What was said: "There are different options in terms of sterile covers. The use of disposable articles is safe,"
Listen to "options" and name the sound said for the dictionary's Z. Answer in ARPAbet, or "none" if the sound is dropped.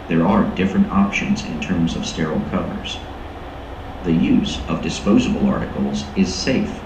Z